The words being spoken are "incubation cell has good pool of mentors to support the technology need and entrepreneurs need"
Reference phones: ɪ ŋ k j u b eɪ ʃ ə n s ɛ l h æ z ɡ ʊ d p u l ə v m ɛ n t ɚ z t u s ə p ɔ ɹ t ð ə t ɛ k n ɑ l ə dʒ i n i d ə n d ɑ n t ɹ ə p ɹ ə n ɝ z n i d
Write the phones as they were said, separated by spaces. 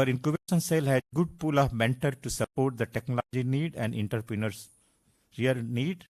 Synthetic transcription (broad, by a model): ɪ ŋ k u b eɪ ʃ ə n s ɛ l h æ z ɡ ʊ d p u l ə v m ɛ n t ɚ t u s ə p ɔ ɹ t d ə t ɛ k n ɑ l ə dʒ i n i d ə n d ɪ n t ɹ p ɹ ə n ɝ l n i d